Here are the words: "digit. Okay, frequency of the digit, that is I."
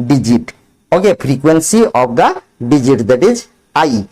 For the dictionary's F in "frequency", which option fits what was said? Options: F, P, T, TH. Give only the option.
P